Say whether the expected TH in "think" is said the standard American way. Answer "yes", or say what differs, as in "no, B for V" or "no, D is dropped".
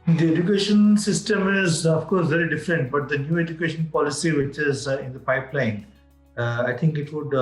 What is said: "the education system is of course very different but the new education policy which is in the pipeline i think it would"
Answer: no, T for TH